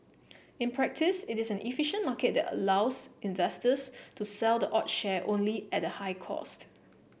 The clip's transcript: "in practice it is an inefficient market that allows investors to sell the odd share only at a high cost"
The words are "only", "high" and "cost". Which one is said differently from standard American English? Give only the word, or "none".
none